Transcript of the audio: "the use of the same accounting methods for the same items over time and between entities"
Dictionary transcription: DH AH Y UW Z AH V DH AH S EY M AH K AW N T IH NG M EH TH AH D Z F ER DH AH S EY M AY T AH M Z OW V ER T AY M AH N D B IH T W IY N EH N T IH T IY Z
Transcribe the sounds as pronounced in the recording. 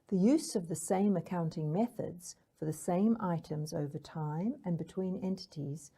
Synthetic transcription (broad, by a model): DH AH Y UW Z AH V DH AH S EY M AH K AW N T IH NG M EH TH AH D Z F ER DH AH S EY M AY T AH M Z OW V ER T AY M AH N B IH T W IY N EH N T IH T IY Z